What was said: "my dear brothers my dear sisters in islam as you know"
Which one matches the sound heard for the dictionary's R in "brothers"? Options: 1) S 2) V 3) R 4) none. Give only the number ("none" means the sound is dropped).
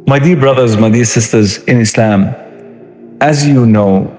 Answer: 3